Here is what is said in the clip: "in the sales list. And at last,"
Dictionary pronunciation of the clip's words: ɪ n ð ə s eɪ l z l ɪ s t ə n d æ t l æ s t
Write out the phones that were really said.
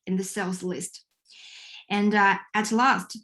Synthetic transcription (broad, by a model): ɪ n ð ə s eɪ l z l ɪ s t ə n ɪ t l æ s t